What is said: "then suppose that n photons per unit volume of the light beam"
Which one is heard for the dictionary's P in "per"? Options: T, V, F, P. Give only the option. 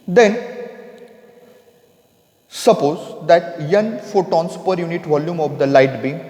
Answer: P